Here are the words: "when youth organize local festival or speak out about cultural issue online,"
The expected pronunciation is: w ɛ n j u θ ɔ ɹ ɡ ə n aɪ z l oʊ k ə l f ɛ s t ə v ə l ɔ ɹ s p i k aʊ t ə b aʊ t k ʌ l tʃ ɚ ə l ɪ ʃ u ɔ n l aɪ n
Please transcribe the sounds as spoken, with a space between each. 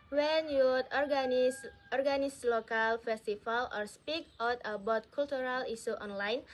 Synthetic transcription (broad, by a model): w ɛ n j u s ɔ ɹ ɡ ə n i s l oʊ k ə l f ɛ s t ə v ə l ɔ ɹ s p i k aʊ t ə b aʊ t k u l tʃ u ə l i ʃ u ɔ n l aɪ n